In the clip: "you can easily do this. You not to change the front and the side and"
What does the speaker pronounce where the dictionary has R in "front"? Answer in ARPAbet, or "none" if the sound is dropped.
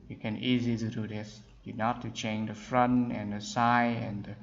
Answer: R